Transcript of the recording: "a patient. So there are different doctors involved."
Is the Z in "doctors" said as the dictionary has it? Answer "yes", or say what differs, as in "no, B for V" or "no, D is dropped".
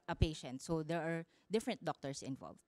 no, S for Z